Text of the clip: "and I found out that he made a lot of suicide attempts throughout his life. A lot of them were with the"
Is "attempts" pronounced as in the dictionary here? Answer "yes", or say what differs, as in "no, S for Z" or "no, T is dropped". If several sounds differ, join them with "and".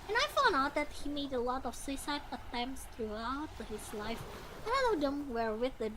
yes